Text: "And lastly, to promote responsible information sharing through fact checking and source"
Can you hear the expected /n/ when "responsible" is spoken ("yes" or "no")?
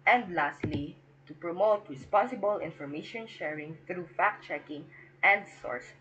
no